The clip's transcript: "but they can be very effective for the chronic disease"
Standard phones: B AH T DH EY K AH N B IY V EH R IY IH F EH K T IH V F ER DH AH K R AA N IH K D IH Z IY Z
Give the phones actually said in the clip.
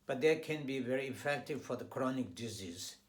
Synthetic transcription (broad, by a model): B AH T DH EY K AH N B IY V EH R IY IH F EH K T IH V F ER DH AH K R AA N IH K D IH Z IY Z